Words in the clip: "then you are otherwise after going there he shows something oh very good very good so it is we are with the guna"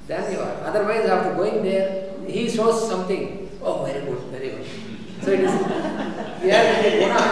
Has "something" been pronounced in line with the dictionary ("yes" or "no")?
no